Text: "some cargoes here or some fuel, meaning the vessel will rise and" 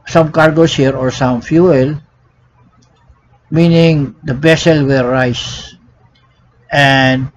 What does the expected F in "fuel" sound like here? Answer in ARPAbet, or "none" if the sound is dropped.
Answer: F